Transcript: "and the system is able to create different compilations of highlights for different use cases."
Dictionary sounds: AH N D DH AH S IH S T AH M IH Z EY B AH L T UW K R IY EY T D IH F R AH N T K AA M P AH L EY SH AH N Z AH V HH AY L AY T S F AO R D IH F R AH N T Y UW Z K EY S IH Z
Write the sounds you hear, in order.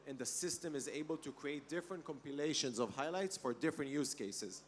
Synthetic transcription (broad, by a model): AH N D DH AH S IH S T AH M IH Z EY B AH L T UW K R IY EY T D IH F R AH N T K AA M P AH L EY SH AH N Z AH V HH AY L AY T S F AO R D IH F R AH N T Y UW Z K EY S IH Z